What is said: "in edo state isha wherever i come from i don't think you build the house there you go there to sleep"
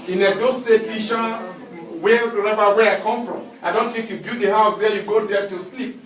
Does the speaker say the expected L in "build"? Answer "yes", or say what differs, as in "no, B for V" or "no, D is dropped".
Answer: no, L is dropped